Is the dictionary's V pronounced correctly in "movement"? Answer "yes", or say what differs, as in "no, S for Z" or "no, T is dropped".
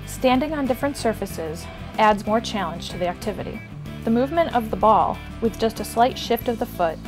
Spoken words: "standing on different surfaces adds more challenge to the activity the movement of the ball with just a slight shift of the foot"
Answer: yes